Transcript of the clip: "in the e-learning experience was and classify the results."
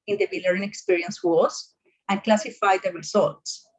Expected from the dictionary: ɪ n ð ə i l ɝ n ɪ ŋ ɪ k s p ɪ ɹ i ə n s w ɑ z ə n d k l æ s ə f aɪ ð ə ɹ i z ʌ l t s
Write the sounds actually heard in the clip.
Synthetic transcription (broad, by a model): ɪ n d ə i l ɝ ɪ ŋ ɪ k s p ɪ ɹ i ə n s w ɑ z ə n k l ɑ s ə f aɪ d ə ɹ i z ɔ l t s